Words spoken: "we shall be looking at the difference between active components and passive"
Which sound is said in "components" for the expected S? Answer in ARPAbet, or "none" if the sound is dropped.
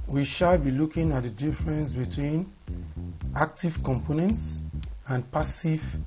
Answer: S